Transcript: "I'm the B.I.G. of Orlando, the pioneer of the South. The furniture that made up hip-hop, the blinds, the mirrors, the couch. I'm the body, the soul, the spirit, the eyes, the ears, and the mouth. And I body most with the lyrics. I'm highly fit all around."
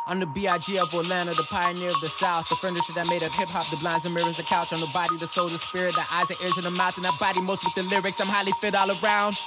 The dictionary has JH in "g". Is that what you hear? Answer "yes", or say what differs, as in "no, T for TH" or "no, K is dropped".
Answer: yes